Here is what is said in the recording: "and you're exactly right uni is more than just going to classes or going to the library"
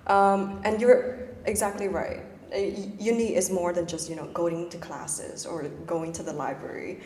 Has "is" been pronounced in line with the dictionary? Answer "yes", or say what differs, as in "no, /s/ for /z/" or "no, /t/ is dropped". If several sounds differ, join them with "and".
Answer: yes